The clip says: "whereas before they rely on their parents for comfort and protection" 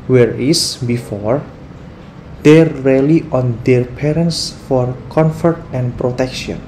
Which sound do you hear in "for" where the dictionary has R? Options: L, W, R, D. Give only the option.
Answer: R